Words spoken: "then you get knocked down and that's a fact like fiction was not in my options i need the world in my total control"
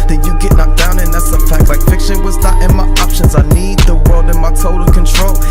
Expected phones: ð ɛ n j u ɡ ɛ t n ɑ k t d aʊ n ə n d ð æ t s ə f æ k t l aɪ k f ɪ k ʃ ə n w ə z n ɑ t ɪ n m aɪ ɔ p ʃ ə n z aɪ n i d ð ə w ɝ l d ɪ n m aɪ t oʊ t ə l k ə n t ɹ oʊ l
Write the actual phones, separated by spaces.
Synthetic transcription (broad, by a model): ð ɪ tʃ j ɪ ɡ ɛ t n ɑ t d aʊ n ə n ð æ t s ə f æ k t l aɪ k f ɪ k ʃ ə n w ə z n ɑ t ɪ n m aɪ ɔ p ʃ ə n z aɪ n i d ð ə w ɝ l d ɪ n m aɪ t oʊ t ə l k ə n t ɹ oʊ l